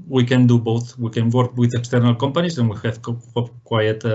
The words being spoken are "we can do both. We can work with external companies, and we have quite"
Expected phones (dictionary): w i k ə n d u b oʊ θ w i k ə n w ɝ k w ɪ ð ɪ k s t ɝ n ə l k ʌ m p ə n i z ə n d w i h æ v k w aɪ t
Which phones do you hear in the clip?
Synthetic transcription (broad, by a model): w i k ə n d u b oʊ θ w i k ə n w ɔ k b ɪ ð ɪ k s t ɝ n ə l k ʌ m p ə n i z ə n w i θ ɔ p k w aɪ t